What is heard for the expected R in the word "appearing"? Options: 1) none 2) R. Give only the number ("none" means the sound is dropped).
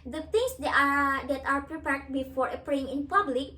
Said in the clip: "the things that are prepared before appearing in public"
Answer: 1